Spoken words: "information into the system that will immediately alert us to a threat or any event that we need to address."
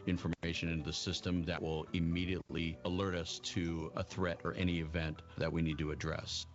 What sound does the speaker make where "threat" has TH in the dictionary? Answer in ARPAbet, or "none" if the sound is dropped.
TH